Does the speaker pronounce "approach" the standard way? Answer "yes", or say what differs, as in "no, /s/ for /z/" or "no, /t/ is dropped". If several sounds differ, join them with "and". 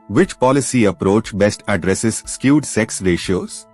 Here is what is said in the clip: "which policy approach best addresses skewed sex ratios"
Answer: yes